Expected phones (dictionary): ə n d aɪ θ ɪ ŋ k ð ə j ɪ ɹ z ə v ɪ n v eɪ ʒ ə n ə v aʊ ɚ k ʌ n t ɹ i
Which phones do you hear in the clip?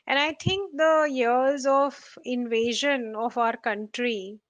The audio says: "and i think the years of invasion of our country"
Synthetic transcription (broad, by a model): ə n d aɪ t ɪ ŋ k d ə j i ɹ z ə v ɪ n v eɪ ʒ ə n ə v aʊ ɚ k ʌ n t ɹ i